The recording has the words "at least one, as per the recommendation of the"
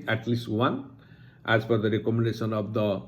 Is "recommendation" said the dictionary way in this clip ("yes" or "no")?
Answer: no